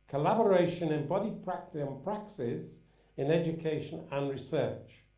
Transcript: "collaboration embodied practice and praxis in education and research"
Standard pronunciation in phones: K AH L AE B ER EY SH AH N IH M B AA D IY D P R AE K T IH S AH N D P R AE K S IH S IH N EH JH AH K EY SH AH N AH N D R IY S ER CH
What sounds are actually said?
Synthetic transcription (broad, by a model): K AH L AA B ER EY SH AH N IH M B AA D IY P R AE K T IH AH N P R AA K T IH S IH N EH JH AH K EY SH AH N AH N R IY S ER CH